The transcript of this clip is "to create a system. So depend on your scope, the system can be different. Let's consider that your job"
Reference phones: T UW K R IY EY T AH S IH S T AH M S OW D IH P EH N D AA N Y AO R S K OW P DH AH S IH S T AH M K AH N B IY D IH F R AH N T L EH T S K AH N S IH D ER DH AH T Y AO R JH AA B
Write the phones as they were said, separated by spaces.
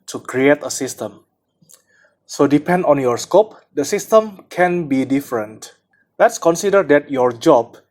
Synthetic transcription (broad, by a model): T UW K R IY EY T AH S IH S T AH M S OW D IH P EH N D AA N Y AO R S K OW P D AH S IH S T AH M K AH N B IY D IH F R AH N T L EH T S K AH N S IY D ER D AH T Y AO R JH AA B